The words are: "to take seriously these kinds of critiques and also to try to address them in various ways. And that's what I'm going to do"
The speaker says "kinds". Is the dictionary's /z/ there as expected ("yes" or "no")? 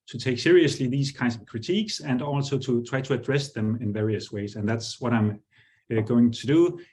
no